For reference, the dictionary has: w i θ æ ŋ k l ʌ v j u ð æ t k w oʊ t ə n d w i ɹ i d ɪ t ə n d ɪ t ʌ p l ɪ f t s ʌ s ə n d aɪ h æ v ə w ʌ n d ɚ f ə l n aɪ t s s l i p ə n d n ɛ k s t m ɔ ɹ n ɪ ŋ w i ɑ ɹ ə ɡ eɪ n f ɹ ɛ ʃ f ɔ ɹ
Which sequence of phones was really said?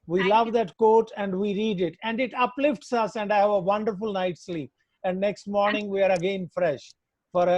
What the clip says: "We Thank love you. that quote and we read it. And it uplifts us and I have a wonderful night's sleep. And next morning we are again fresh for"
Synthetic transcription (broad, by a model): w i l ʌ v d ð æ t k oʊ t ə n d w i ɹ i d ɪ t ə n d ɪ t ʌ p l ɪ f t s ʌ s ə n d aɪ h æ v ə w ʌ n d ɚ f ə l n aɪ t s s l i p ə n d n ɛ k s t m ɔ ɹ n ɪ ŋ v i ɑ ɹ ə ɡ eɪ n f ɹ ɛ ʃ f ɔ ɹ